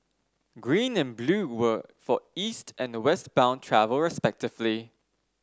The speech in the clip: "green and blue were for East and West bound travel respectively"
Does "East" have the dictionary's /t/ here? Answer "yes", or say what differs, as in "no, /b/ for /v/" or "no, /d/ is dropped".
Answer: yes